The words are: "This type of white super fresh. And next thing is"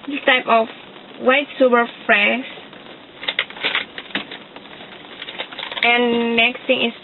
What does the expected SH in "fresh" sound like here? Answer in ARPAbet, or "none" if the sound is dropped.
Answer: S